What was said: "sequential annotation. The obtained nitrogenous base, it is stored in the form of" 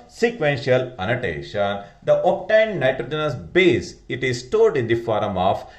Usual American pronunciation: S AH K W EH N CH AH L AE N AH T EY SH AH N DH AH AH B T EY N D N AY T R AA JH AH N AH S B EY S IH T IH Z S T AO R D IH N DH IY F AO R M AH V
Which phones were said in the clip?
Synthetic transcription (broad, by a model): S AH K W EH N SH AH L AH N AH T EY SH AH N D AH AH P T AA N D N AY T R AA JH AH N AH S B EY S IH T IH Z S T AO L D IH N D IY F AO R M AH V